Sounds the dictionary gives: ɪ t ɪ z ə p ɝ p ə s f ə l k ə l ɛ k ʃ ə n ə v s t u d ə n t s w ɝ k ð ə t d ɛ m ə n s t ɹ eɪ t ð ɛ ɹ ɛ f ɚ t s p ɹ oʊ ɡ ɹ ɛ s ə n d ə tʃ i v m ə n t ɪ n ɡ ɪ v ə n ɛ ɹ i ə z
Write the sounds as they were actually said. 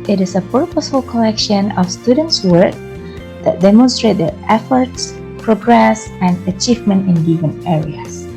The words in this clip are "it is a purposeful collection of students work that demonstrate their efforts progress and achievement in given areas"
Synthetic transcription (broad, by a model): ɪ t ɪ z ə p ɝ p ə s f ə l k ə l ɛ k ʃ ə n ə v s t u d ə n t s w ɝ k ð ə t d ɛ m ə n s t ɹ eɪ t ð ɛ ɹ ɛ f ɚ t s p ɹ oʊ ɡ ɹ ɛ s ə n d ə tʃ i v m ə n t ɪ n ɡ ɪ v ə n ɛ ɹ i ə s